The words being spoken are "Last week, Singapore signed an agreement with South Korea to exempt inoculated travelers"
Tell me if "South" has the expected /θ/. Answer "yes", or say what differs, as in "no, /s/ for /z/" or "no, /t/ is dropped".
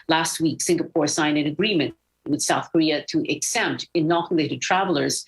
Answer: yes